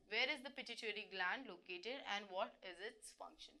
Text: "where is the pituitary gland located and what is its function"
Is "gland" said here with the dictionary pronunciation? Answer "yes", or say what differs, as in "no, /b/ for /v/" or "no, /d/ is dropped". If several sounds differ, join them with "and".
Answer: yes